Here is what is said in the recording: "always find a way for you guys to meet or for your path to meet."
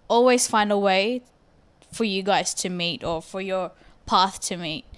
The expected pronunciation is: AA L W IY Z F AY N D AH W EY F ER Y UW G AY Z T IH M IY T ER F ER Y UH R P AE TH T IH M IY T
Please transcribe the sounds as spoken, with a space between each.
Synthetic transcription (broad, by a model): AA L W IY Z F AY N D AH W EY F ER Y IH G AY Z T IH M IY T ER F ER Y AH R P AE TH T IH M IY T